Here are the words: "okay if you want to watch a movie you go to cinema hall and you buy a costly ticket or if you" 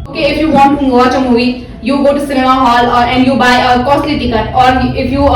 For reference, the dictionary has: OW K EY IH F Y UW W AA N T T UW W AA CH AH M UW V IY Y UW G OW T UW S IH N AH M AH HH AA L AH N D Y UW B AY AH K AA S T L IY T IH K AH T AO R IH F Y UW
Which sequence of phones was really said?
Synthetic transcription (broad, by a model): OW K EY IH F Y UW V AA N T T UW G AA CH AH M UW IY Y UW G OW T UW S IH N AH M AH HH AA L AH N D Y UW B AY AH K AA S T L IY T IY K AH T AO R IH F Y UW